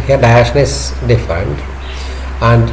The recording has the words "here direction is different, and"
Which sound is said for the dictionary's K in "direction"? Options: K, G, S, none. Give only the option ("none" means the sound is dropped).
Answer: none